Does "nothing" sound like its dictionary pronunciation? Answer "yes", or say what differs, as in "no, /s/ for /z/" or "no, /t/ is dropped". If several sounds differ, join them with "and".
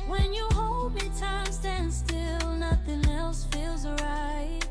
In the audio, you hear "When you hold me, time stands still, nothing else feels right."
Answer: yes